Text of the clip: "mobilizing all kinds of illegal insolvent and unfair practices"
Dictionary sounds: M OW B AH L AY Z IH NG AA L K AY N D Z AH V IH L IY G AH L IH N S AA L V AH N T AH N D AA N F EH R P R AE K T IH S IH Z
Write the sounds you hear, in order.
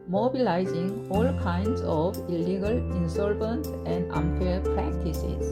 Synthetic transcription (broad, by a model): M OW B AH L AY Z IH NG AA L K AY N D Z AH B IH L IY G AH L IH N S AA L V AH N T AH N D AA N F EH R P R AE K T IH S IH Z